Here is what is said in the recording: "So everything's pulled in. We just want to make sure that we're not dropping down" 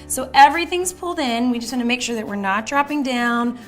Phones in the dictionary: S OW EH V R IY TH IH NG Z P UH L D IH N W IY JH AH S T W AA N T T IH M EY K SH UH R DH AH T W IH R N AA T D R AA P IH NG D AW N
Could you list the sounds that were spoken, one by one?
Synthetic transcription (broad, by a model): S OW EH V R IY TH IH NG Z P UH L D IH N W IY JH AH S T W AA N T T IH M EY K SH UH R DH AH T W IH R N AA T D R AA P IH NG D AW N